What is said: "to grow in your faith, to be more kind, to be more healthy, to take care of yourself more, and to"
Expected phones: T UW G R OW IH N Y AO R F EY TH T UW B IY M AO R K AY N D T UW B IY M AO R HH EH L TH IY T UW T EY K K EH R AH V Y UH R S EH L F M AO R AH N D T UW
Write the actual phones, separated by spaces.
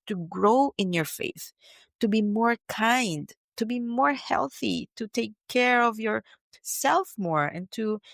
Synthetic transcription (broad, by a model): T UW G R OW IH N Y AO R F EY TH T UW B IY M AO R K AY N D T UW B IY M AO R HH EH L TH IY T UW T EY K K EH R AH V Y UH R S EH L F M AO R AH N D T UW